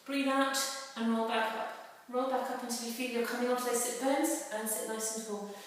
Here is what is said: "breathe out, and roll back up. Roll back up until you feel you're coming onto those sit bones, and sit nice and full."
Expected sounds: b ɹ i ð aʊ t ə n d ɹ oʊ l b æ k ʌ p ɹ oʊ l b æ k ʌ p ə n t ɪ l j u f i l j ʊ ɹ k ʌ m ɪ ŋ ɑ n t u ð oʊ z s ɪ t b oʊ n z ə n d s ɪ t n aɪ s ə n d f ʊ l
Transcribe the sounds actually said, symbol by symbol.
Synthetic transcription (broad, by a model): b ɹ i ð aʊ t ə n ɹ oʊ l b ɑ k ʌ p ɹ oʊ l b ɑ k ʌ p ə n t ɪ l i f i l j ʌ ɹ k ʌ m ɪ ŋ ɑ n t u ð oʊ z s ɪ t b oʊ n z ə n s ɪ t l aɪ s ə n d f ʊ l